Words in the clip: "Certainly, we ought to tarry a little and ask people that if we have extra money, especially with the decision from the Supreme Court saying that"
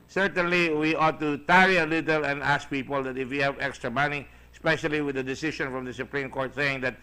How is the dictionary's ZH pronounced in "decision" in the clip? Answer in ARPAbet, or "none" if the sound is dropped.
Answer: SH